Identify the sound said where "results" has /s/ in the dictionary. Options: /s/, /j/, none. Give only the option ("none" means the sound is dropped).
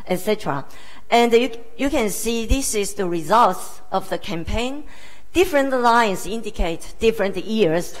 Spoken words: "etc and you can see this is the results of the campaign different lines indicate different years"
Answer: /s/